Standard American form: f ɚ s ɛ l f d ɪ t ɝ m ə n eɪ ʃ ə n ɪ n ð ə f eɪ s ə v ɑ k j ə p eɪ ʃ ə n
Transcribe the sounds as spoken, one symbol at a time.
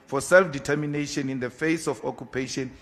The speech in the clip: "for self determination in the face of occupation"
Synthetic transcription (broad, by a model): f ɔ s ɛ l f d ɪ t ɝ m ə n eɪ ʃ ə n ɪ n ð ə f eɪ s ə f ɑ k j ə p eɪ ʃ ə n